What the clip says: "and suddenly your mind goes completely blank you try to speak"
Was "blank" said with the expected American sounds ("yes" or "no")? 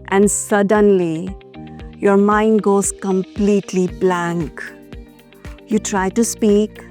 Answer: yes